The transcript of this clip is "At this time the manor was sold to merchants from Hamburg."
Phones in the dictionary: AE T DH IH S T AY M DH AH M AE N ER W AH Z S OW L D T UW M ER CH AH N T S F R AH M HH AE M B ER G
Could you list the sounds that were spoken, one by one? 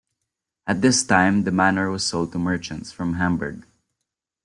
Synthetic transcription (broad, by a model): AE T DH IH S T AY M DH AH M AE N ER W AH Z S OW L D T UW M ER CH AH N T S F R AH M HH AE M B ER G